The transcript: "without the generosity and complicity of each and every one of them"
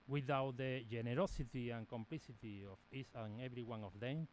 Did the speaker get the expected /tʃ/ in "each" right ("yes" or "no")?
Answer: no